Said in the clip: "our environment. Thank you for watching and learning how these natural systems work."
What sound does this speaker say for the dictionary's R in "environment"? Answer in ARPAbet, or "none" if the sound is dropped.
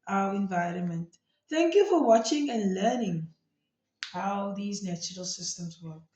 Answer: R